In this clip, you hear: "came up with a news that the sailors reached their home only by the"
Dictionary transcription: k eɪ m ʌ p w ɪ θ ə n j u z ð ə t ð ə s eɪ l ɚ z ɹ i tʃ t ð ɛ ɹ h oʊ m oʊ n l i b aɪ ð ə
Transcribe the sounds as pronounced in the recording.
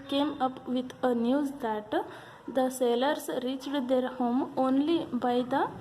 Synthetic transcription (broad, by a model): k eɪ m ʌ p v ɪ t ə n j u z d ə t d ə s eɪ l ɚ s ɹ i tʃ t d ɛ ɹ h oʊ m oʊ n l i b aɪ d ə